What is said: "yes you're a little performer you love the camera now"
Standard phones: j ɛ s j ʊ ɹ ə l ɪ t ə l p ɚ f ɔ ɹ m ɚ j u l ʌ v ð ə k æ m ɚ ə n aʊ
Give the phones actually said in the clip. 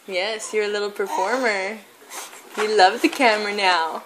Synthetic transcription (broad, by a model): j ɛ s j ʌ ɹ ə l ɪ t l p ɚ f ɔ ɹ m ɚ j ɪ l ʌ v ð ə k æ m ɚ n aʊ